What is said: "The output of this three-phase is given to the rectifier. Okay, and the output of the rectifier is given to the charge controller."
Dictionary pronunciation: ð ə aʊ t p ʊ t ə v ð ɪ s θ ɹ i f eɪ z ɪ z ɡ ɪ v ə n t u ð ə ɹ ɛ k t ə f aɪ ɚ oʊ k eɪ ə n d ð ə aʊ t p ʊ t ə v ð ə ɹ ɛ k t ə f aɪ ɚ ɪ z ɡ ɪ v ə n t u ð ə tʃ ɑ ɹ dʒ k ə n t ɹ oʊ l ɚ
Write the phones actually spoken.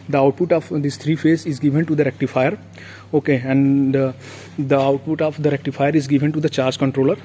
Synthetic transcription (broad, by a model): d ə aʊ t p ʊ t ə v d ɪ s t ɹ i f eɪ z ɪ z ɡ ɪ v ə n t u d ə ɹ ɛ k t ə f aɪ ɚ oʊ k eɪ ə n d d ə aʊ t p ʊ t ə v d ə ɹ ɛ k t ə f aɪ ɚ ɪ z ɡ ɪ v ə n t u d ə tʃ ɑ ɹ dʒ k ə n t ɹ oʊ l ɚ